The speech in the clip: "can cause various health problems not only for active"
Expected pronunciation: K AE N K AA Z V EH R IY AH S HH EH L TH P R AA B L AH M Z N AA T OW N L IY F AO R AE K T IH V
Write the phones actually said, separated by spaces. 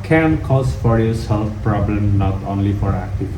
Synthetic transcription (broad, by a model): K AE N K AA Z F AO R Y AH S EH L F P R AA B L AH M N AA T OW N L IY F AO R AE K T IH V